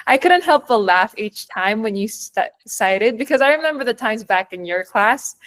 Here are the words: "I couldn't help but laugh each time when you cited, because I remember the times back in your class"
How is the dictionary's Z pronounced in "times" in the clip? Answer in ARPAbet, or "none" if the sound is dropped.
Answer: Z